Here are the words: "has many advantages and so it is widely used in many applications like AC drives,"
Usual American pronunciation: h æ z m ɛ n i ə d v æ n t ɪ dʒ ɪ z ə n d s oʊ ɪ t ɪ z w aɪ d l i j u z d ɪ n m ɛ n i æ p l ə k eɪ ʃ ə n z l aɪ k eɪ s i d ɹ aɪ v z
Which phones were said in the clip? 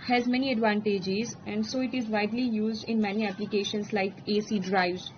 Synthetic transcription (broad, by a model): h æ z m ɛ n i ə d v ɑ n t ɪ dʒ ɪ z ə n d s oʊ ɪ t ɪ z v aɪ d l i j u z d ɪ n m ɛ n i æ p l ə k eɪ ʃ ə n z l aɪ k eɪ s i d ɹ aɪ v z